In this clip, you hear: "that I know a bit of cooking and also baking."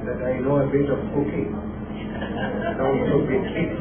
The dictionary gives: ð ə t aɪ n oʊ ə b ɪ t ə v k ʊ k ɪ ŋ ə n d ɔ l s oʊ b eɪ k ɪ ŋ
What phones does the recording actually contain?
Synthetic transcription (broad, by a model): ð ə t aɪ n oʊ ə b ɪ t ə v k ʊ k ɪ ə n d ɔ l oʊ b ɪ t